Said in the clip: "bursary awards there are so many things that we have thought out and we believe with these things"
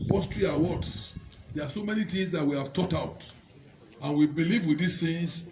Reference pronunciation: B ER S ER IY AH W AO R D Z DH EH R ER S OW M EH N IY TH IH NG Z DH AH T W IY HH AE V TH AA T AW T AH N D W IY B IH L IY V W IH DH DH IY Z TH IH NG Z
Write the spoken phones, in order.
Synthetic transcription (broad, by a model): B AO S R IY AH W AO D S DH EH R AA S OW M EH N IY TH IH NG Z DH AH T W IY HH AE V T AA T AW T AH N W IY B IH L IY V W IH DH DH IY S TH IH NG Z